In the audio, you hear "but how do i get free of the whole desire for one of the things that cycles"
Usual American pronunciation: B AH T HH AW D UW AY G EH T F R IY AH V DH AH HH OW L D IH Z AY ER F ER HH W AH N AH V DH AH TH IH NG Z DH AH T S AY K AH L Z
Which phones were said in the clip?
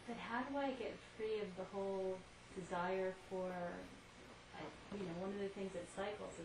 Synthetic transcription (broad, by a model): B AH T HH AW D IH AY G EH T F R IY AH V DH AH HH OW L D IH Z AY ER F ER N W AH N AH V DH AH TH IH NG Z DH AH T S AY K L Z